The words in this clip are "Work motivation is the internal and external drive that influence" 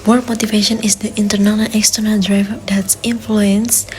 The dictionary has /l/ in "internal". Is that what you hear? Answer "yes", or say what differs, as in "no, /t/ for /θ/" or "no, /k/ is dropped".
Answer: no, /n/ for /l/